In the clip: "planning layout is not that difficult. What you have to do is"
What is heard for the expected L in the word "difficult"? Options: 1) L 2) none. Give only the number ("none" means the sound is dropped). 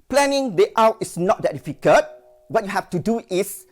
2